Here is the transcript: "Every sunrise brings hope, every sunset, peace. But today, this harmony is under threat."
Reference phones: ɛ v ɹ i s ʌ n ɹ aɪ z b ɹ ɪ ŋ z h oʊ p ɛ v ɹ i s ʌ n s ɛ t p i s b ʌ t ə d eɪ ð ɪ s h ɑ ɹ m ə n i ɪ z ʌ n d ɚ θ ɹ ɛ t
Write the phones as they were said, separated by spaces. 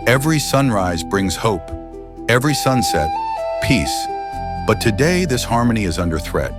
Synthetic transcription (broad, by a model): ɛ v ɹ i s ʌ n ɹ aɪ z b ɹ ɪ ŋ z h oʊ p ɛ v ɹ i s ʌ n s ɛ t p i s b ʌ t ə d eɪ ð ɪ s h ɑ ɹ m ə n i ɪ z ʌ n d ɚ θ ɹ ɛ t